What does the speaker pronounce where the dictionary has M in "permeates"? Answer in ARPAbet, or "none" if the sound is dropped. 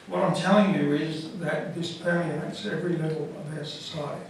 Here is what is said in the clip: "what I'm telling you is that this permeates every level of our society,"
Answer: none